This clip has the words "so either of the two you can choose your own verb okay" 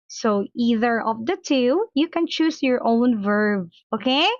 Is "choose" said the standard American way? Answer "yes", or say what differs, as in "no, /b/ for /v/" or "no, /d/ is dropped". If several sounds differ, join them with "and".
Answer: no, /s/ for /z/